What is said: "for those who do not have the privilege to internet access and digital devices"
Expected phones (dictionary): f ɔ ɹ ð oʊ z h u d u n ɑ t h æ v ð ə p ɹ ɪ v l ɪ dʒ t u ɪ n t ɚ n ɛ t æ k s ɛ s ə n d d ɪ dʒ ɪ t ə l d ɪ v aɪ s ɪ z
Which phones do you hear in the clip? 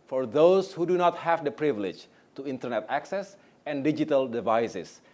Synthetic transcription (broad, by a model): f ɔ ɹ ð oʊ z h u d u n ɑ t h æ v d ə p ɹ ɪ v l ɪ dʒ t u ɪ n t ɚ n ɛ t æ k s ɛ s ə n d d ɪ dʒ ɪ t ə l d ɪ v aɪ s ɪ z